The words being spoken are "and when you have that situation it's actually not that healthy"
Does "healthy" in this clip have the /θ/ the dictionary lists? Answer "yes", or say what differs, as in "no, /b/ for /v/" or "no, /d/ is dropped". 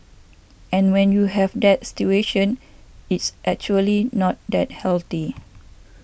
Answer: no, /t/ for /θ/